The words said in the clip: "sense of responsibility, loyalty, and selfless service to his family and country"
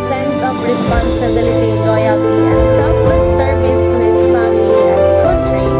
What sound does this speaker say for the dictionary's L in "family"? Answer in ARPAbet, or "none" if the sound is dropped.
none